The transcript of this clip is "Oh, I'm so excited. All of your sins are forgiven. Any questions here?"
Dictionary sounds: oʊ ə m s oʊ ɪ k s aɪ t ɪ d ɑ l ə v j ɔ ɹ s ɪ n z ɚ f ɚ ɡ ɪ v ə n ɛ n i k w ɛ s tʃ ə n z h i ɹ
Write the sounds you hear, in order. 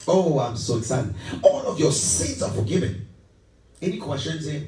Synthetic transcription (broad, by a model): oʊ ə m s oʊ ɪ s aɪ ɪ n ɑ l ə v j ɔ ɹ s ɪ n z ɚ f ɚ ɡ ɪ v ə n ɛ n i k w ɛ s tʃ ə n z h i